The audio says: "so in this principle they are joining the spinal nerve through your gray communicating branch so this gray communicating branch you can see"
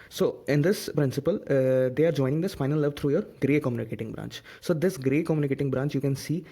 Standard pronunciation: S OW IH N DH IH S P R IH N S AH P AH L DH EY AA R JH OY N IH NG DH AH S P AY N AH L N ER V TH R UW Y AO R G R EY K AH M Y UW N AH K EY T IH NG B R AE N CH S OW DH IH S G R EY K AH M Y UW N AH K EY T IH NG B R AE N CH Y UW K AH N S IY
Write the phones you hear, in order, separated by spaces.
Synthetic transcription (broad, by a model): S OW IH N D IH S P R IH N S AH P AH L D EY AA R JH OY N IH NG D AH S F AY N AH L L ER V T R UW Y AO R G R EY K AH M Y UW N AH K EY T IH NG B R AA N CH S OW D IH S G R EY K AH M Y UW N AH K EY T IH NG B R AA N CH Y UW K AH N S IY